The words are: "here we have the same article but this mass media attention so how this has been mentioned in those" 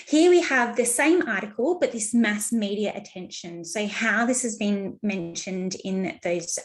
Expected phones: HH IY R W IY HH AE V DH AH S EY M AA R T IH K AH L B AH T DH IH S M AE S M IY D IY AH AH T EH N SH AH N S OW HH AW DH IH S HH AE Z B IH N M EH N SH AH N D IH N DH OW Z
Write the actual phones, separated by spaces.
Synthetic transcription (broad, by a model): HH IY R W IY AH V DH AH S EY M AA R T IH K AH L B AH T DH IH S M AE S M IY D IY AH AH T EH N SH AH N S OW HH AW DH IH S HH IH Z B IH N M EH N SH AH N D IH N DH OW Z